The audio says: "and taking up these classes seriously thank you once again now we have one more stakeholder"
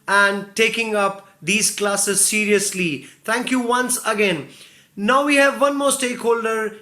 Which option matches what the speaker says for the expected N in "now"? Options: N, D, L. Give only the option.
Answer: N